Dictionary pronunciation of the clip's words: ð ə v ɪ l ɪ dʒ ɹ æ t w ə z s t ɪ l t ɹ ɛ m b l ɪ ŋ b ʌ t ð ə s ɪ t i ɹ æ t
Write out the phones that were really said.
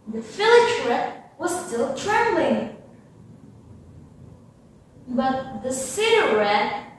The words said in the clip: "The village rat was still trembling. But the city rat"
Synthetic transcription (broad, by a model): ð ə f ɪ l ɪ tʃ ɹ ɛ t w ə z s t ɪ l t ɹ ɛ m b l ɪ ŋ b ʌ t ð ə s ɪ t i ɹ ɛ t